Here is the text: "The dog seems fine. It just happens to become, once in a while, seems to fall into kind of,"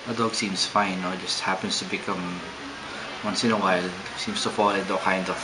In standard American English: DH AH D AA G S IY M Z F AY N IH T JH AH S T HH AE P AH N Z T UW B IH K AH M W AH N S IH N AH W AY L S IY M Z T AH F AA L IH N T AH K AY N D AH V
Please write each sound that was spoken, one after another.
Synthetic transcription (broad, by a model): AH D AA G S IY M S F AY N IH T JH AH S T HH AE P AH N S T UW B IH K AH M W AH N S IH N AH W AY L S IY M S T AH F AA L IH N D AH K AY N D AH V